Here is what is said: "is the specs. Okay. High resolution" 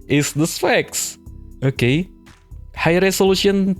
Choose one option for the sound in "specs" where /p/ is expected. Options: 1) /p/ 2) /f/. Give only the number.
2